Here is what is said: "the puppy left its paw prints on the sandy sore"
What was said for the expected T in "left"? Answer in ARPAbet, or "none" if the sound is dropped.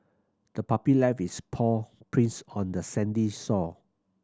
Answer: none